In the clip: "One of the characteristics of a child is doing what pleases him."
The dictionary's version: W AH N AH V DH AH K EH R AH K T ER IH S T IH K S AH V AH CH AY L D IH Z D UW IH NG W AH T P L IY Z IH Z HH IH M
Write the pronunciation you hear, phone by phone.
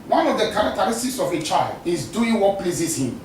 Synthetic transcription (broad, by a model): W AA N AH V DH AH K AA R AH K T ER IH S T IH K S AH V AH CH AY L D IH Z D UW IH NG W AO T P L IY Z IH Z HH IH M